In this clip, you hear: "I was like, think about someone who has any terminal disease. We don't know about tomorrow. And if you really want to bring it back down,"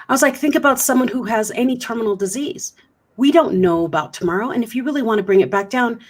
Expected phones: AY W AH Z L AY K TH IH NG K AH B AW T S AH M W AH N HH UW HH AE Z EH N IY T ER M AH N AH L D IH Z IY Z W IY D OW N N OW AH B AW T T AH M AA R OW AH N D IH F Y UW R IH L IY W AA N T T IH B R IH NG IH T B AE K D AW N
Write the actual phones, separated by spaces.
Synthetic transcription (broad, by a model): AY W AH Z L AY K TH IH NG K AH B AW T S AH M W AH N HH UW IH Z EH N IY T ER M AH N L D IH Z IY Z W IY D OW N N OW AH B AW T T AH M AA R OW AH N IH F Y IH R IH L IY W AA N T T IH B R IH NG IH T B AE K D AW N